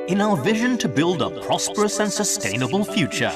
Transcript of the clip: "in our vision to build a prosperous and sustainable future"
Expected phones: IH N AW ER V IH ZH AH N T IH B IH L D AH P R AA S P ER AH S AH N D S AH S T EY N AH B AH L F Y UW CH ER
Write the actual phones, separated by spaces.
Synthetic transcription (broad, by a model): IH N AW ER V IH ZH AH N T IH B IH L D AH P R AA S P ER AH S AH N S AH S T EY N AH B AH L F Y UW CH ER